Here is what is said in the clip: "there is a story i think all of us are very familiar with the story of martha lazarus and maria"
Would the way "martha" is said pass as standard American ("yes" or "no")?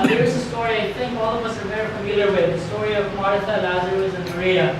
no